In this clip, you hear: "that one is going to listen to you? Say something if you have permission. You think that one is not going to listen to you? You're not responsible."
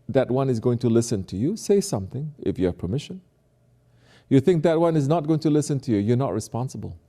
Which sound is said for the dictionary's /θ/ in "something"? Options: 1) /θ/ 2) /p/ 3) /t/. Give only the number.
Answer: 1